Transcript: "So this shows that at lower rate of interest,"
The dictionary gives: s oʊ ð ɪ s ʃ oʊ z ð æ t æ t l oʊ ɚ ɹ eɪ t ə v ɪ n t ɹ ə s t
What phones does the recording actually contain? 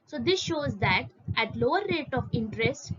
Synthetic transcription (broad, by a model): s oʊ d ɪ s ʃ oʊ z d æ t æ t l oʊ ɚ ɹ eɪ t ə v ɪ n t ɹ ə s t